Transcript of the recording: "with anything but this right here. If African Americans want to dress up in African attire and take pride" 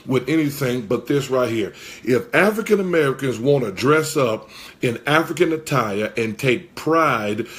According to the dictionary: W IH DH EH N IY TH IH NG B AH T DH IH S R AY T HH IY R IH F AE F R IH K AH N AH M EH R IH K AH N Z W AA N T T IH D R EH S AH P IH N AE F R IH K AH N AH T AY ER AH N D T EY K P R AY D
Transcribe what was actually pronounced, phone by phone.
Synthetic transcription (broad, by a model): W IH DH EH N IY TH IH NG B AH T DH IH S R AY T HH IY R IH F AE F R IH K AH N AH M EH R IH K AH N Z W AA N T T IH D R EH S AH P IH N AE F R IH K AH N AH T AY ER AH N T EY K P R AY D